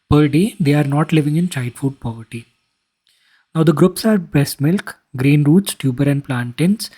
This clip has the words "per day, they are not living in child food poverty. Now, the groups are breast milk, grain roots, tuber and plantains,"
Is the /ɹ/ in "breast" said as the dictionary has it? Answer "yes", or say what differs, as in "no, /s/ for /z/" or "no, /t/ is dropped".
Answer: no, /ɹ/ is dropped